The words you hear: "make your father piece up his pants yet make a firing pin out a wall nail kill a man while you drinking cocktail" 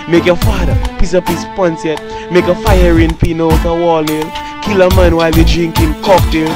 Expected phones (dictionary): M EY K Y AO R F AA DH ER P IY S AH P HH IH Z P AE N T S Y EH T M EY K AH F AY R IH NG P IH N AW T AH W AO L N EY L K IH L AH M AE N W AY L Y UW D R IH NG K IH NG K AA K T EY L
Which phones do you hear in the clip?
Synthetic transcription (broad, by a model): M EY K Y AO F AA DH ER P IY S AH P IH S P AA N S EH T M EY K AH F AY R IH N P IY N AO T AH W AO L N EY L K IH L AH M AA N W AY L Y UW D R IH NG K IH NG K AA K T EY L